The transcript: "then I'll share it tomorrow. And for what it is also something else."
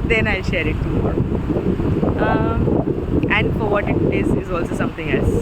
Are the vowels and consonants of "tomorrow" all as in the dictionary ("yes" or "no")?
no